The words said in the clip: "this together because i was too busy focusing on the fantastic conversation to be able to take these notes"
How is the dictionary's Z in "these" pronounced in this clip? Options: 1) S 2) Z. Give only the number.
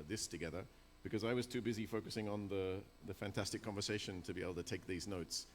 2